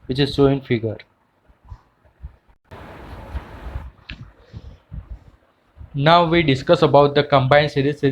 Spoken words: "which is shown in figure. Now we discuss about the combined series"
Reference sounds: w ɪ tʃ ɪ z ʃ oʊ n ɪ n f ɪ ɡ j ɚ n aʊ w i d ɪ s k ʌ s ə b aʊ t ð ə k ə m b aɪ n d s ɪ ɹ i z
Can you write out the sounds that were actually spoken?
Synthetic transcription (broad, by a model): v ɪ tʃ ɪ z s oʊ ɪ n f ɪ ɡ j ɚ n aʊ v i d ɪ s k ʌ s ə b aʊ t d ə k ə m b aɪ n s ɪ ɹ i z